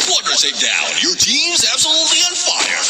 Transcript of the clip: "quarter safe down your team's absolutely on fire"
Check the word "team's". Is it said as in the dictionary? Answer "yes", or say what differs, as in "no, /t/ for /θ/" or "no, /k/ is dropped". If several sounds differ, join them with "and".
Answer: yes